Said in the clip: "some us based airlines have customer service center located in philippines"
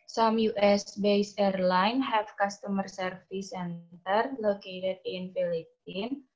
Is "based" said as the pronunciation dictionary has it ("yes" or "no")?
no